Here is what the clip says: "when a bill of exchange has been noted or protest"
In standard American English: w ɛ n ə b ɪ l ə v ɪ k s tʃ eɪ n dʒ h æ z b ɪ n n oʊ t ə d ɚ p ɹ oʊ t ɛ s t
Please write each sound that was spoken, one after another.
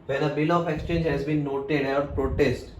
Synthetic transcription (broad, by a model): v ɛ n ə b ɪ l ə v ɪ k s tʃ eɪ n dʒ h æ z b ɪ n n oʊ t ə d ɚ p ɹ oʊ t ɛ s t